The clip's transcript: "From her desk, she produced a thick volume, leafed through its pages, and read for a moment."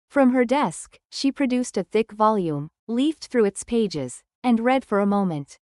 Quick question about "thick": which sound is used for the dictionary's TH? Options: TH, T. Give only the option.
TH